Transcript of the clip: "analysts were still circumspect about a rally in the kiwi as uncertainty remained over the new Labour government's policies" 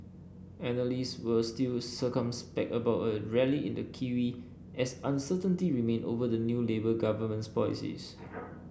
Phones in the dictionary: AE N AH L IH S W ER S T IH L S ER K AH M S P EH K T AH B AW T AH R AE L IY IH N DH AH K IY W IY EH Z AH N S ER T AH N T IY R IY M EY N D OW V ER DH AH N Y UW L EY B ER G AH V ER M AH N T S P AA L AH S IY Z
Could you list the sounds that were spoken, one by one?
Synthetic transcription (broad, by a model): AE N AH L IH S W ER S T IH L S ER K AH M S P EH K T AH B AW T AH R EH L IY IH N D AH K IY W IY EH S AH N S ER T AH N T IY R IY M EY N OW V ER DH AH N Y UW L EY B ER G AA V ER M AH N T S P AA L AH S IY S